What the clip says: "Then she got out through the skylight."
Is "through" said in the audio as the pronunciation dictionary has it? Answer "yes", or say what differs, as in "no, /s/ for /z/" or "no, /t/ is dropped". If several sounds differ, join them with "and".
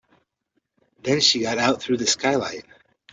yes